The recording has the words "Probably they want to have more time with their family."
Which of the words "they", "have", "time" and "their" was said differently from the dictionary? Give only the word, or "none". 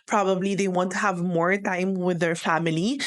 none